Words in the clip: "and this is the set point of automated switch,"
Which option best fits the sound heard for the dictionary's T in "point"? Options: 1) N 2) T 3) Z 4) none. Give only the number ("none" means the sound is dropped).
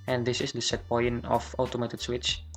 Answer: 4